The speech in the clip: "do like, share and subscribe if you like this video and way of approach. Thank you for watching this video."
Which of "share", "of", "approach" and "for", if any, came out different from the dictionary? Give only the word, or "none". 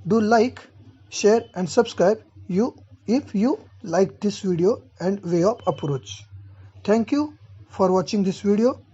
of